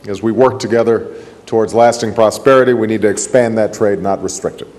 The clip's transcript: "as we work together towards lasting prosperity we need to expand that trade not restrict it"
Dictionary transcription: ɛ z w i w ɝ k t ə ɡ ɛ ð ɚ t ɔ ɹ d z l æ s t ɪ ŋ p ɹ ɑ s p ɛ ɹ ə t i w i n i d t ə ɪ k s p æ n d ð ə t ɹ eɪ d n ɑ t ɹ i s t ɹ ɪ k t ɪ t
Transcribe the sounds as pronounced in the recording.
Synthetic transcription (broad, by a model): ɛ z w i w ɝ k t ə ɡ ɛ ð ɚ t ɔ ɹ d z l æ s t ɪ ŋ p ɹ ɑ s p ɛ ɹ ə t i w i n i d t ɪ k s p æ n ð ə t ɹ eɪ d n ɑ t ɹ i s t ɹ ɪ k t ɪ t